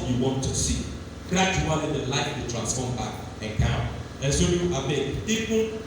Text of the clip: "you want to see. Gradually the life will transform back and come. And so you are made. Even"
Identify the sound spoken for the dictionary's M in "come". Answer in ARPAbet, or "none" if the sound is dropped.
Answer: none